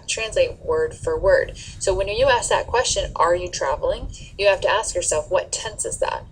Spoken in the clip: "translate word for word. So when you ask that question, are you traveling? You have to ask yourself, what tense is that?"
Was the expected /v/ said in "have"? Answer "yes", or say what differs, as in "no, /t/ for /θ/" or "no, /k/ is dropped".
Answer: no, /f/ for /v/